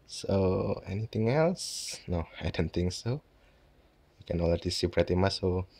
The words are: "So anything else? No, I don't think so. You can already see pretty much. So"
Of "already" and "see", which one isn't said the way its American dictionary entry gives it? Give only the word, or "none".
already